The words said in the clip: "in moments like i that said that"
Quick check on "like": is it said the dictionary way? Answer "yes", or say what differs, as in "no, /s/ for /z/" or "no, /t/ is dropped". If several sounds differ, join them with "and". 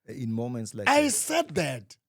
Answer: no, /k/ is dropped